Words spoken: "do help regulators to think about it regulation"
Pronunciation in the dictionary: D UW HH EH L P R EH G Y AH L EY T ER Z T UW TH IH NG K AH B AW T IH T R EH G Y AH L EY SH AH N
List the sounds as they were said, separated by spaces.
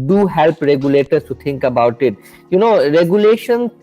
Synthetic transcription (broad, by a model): D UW HH EH L P R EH G Y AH L EY T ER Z T UW T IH NG K AH B AW T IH T R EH G Y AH L EY SH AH N